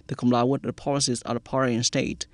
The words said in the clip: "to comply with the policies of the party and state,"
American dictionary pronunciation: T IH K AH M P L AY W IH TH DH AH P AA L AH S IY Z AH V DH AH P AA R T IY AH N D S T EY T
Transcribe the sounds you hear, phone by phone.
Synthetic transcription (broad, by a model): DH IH K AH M L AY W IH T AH P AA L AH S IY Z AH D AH P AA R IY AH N S T EY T